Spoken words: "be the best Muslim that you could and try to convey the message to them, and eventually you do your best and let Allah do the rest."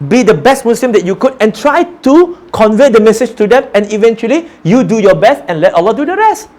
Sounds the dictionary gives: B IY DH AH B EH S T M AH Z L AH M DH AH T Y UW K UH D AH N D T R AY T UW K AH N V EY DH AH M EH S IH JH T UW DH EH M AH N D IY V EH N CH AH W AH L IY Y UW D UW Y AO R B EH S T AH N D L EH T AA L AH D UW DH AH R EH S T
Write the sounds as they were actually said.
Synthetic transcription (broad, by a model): B IY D AH B EH S T M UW S L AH M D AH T Y UW K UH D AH N T R AY T UW K AH N V EY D AH M EH S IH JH T UW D EH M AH N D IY V EH N CH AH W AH L IY Y UW D UW Y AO B EH S T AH N L EH T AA L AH D UW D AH R EH S T